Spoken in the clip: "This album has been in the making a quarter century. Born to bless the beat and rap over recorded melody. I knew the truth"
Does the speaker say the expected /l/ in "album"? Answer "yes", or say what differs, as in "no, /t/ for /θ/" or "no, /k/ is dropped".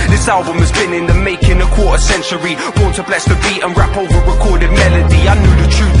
yes